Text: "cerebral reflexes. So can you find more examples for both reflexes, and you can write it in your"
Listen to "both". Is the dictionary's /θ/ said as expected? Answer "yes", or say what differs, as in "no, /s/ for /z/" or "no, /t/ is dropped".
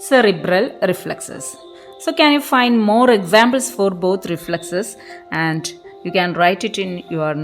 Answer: no, /t/ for /θ/